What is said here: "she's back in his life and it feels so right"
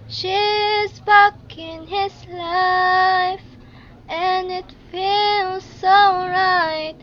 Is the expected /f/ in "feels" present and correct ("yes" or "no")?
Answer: yes